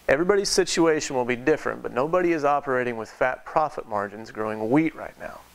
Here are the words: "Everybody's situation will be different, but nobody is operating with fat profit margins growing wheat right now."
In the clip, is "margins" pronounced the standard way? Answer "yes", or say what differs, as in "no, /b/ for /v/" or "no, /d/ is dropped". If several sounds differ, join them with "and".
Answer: yes